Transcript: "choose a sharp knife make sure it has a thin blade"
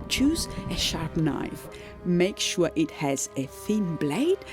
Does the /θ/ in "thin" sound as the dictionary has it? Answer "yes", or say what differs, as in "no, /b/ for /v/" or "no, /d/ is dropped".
yes